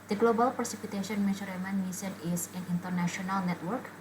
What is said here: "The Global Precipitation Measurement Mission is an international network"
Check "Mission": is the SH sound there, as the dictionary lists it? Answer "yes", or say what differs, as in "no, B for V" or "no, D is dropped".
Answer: no, S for SH